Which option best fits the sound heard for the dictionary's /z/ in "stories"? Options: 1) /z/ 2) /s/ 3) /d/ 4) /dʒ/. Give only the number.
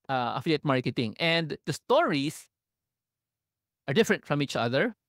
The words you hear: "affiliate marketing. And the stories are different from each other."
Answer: 2